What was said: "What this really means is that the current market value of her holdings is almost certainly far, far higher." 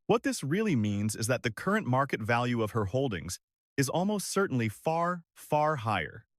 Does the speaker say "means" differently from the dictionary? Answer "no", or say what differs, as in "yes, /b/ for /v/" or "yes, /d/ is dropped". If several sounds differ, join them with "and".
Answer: no